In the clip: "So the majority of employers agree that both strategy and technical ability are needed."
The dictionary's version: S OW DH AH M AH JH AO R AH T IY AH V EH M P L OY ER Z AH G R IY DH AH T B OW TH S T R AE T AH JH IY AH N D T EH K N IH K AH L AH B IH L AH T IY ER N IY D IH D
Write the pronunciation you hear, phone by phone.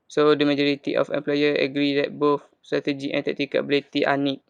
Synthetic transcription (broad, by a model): S OW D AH M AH JH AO R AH T IY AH F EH M P L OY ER AH G R IY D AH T B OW F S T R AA T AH JH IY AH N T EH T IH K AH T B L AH T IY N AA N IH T